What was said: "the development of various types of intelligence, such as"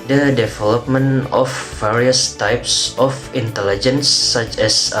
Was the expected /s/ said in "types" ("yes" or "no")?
yes